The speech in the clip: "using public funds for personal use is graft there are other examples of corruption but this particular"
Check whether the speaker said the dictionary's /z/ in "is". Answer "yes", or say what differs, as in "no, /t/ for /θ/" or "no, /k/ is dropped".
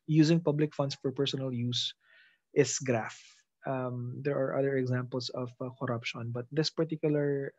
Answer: no, /s/ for /z/